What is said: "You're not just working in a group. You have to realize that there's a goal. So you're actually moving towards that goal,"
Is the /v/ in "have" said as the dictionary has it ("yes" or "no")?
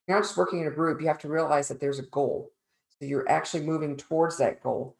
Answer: no